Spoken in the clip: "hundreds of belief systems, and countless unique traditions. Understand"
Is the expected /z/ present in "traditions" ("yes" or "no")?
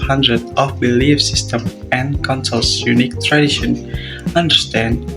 no